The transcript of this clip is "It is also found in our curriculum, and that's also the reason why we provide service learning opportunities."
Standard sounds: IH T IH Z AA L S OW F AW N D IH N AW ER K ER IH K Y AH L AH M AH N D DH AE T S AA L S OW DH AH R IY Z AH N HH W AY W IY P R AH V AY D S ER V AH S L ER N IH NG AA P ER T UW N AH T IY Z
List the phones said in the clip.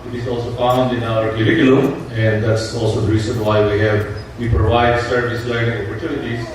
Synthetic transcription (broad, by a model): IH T IH Z AA L S OW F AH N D IH N AW ER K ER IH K Y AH L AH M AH N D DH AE T S AA L S OW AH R IY S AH N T W AY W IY P R AH V AY D S ER V AH S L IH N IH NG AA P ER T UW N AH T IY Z